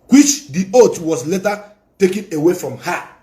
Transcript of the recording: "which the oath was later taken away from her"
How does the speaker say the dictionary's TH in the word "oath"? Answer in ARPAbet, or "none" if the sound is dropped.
T